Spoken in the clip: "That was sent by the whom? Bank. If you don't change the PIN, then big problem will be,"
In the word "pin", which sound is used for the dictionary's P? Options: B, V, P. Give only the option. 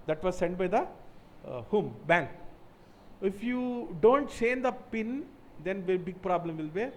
P